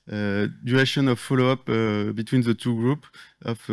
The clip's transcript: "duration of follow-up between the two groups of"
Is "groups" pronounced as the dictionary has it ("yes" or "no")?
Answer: no